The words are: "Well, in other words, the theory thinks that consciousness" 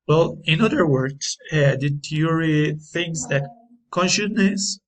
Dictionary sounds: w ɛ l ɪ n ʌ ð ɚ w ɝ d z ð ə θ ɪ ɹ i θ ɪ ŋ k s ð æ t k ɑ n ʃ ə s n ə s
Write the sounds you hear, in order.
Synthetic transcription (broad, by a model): w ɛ l ɪ n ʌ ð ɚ w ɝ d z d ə t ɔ ɹ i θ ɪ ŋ s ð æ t k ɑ n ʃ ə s n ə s